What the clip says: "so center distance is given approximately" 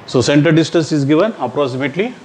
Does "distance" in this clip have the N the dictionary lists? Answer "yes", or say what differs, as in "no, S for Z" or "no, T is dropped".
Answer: no, N is dropped